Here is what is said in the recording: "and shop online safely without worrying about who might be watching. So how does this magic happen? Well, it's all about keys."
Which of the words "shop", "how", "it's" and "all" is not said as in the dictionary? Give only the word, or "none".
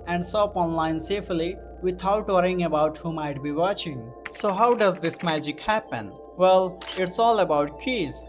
shop